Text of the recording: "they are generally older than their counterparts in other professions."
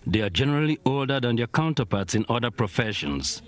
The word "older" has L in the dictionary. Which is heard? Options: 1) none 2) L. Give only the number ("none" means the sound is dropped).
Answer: 2